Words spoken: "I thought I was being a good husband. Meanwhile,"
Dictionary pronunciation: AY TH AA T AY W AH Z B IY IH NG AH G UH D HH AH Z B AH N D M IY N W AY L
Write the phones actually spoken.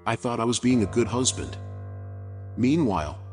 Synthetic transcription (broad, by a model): AY TH AA T AY W AH Z B IY IH NG AH G UH D HH AH Z B AH N D M IY N W AY L